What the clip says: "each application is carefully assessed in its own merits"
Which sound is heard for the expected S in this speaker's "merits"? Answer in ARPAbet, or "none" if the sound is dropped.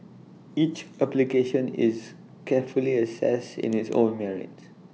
none